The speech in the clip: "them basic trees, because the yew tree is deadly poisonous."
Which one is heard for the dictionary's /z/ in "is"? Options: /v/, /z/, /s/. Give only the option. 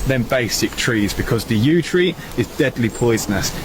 /z/